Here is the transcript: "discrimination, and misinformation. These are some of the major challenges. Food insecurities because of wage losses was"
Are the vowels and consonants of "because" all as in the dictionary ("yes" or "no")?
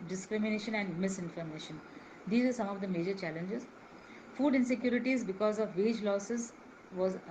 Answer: yes